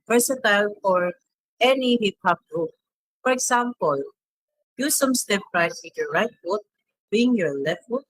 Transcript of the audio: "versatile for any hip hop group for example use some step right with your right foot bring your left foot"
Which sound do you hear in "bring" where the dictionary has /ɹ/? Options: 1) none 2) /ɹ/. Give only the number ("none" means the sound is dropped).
1